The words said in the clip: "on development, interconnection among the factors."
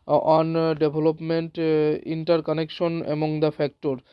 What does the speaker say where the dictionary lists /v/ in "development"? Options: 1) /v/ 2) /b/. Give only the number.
2